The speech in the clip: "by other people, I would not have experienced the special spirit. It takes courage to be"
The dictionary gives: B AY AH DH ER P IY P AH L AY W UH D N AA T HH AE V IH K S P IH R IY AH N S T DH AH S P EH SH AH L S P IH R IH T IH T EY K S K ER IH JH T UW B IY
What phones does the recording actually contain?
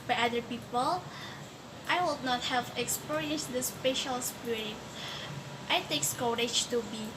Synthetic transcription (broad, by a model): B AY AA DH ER P IY P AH L AY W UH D N AA T HH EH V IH K S P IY R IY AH N S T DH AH S P EH SH AH L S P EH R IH IH T EY K S K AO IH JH T UW B IY